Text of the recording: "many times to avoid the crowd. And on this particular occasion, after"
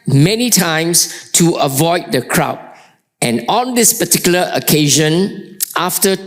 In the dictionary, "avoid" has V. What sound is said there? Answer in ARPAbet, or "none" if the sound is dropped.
V